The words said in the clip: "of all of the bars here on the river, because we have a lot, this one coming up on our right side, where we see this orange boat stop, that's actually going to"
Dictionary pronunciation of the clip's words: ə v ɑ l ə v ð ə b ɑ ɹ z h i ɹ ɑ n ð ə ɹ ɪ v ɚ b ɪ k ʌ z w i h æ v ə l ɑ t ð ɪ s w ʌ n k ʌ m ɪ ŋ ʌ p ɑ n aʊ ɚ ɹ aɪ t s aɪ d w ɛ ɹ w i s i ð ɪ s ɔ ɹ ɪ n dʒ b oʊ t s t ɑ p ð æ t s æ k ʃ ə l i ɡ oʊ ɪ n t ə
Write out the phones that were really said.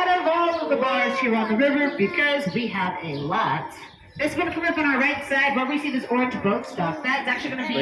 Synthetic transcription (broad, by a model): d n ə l ð ə b ɑ ɹ z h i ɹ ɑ n ð ə ɹ ɪ v ɚ b ɪ k ʌ z w i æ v ə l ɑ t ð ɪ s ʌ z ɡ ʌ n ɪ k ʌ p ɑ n aʊ ɚ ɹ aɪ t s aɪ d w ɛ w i s i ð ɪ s ɔ ɹ ɪ n dʒ b oʊ t s t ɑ f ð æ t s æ k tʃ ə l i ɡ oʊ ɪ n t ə